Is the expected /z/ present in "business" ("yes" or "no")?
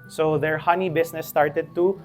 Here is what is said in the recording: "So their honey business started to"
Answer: no